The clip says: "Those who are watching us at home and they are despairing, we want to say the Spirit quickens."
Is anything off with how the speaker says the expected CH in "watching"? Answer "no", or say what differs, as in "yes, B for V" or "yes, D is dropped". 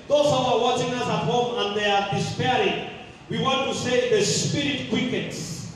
no